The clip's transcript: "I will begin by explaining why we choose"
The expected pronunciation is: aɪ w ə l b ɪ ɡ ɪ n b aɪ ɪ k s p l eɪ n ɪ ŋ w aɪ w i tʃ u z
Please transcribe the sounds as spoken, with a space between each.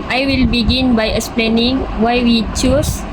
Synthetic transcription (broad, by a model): aɪ w ə l b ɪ ɡ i n b aɪ ɪ k s p l eɪ n ɪ ŋ w aɪ w i tʃ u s